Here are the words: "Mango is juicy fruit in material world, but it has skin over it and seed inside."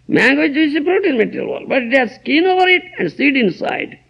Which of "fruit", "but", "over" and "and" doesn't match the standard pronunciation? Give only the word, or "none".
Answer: fruit